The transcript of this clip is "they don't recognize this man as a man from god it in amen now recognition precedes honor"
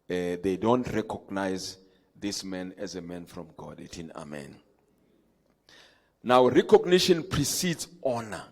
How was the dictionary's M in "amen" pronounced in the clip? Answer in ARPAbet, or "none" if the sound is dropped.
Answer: M